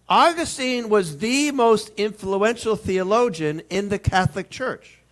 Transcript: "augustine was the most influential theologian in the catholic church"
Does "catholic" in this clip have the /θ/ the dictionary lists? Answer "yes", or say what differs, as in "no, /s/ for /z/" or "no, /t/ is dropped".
yes